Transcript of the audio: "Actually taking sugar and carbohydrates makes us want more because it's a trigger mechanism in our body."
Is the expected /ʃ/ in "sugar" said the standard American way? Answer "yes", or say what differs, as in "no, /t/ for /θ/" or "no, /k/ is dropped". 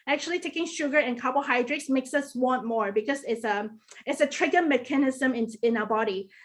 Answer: yes